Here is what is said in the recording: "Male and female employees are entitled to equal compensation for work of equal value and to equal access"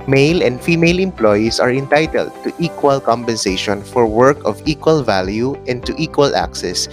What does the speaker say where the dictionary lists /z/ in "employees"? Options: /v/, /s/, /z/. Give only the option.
/s/